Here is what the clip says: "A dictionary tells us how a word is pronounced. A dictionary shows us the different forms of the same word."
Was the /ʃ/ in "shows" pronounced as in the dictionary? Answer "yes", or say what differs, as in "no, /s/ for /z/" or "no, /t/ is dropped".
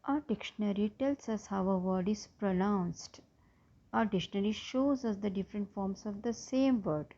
yes